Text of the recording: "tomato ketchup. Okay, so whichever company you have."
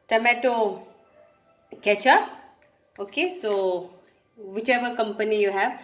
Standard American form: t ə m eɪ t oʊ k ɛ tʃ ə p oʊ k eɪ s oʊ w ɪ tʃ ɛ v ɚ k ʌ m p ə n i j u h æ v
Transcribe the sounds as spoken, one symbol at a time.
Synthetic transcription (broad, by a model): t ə m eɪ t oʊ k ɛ tʃ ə oʊ k eɪ s oʊ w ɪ tʃ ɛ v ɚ k ʌ m p ə n i j u h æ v